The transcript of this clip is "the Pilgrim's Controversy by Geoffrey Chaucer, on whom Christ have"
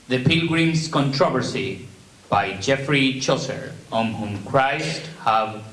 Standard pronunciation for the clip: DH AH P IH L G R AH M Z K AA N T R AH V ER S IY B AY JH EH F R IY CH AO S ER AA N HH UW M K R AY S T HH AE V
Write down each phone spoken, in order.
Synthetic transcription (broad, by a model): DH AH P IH L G R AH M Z K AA N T R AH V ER S IY B AY JH EH F R IY CH AO S ER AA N HH UW M K R AY S T HH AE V